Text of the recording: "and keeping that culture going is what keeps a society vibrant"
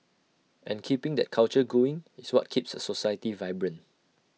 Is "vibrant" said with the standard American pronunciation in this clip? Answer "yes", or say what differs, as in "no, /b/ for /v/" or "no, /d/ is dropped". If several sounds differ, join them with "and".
no, /t/ is dropped